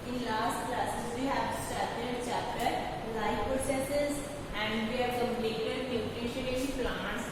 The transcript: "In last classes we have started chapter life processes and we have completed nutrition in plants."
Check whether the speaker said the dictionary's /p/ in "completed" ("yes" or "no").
no